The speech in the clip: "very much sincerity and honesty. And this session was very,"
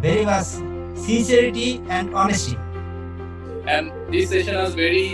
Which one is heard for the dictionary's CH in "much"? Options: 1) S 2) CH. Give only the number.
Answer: 1